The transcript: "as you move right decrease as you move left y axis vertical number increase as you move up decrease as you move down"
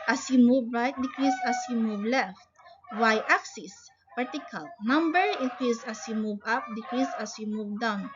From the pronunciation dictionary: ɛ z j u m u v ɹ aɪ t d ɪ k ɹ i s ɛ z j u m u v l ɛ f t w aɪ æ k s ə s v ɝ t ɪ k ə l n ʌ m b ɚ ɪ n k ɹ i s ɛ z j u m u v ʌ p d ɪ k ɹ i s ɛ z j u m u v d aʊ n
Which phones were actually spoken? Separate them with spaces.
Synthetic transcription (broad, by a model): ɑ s j u m u v ɹ aɪ t d ɪ k ɹ i s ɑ s j u m u v l ɛ f t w aɪ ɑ k s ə s p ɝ t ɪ k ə l n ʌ m b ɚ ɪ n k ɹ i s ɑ s j u m u v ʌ p d ɪ k ɹ i s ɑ s j u m u v d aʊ n